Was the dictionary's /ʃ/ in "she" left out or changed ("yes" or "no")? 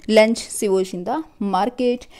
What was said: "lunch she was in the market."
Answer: yes